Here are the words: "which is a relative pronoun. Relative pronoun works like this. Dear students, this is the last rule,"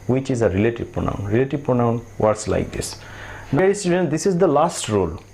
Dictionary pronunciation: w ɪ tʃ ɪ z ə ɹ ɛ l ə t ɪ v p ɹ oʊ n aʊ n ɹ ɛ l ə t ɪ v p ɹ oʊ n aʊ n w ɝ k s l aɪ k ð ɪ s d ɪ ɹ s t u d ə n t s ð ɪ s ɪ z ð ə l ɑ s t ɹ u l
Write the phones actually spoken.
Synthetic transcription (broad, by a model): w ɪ tʃ ɪ z ə ɹ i l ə t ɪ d p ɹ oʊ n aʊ n ɹ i l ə t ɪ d p ɹ oʊ n aʊ n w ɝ s l aɪ k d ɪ s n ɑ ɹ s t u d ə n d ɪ s ɪ z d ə l ɑ s t ɹ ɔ l